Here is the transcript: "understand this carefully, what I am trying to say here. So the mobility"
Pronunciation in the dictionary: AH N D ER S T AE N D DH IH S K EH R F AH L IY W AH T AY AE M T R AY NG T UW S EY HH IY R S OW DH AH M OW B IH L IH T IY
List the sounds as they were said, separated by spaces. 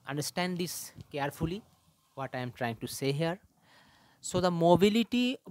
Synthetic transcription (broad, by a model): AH N D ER S T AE N D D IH S K EH R F AH L IY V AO T AY M T R AY NG T UW S EY HH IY R S OW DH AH M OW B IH L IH T IY